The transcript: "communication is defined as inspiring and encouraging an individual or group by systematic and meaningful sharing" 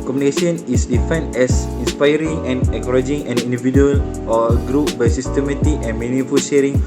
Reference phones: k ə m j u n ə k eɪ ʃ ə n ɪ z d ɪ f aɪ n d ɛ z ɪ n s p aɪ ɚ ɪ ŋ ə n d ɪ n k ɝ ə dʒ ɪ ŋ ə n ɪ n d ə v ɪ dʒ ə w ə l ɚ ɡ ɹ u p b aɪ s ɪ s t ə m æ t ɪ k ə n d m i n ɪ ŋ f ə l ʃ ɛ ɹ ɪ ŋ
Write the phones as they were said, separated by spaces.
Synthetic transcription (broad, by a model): k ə m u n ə k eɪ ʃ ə n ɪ s d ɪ f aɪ n ɛ s ɪ n s p aɪ ɚ ɪ ŋ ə n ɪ k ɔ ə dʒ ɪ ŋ ə n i n d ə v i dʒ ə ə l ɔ ɡ ɹ u p b aɪ s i s t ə m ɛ t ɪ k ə n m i n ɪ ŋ f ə l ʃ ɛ ɹ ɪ ŋ